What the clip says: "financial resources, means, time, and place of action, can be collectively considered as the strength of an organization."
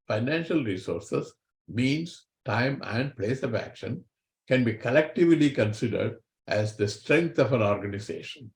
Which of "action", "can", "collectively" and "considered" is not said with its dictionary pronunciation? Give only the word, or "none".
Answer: none